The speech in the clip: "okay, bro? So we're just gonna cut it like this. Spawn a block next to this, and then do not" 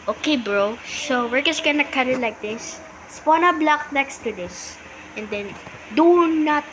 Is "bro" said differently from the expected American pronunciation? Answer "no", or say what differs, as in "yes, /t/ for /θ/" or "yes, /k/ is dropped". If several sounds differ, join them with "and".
no